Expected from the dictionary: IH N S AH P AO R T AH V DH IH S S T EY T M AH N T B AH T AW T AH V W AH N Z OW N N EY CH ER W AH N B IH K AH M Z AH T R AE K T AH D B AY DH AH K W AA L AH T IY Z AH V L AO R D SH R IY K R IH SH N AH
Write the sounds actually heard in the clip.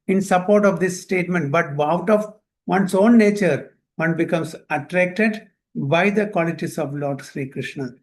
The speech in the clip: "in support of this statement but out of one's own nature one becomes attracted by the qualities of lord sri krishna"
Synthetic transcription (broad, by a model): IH N S AH P AO R T AH V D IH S S T EY T M AH N T B AH T AW T AH V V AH N S OW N N EY CH ER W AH N B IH K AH M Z AH T R AE K T AH D B AY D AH K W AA L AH T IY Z AH V L AO R D SH R IY K R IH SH N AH